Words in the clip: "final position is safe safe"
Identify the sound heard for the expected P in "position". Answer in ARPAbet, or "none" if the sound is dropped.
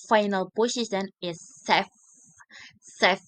B